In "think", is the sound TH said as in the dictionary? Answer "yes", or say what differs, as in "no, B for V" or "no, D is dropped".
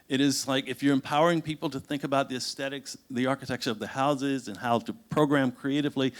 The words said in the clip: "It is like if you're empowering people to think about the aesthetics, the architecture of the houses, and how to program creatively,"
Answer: yes